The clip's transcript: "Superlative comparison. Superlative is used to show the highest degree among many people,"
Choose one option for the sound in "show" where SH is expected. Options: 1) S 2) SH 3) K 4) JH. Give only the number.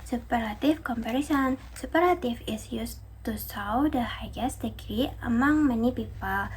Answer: 1